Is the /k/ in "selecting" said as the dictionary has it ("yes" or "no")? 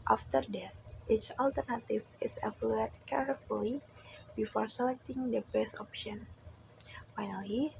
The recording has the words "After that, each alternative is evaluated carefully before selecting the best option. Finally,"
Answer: yes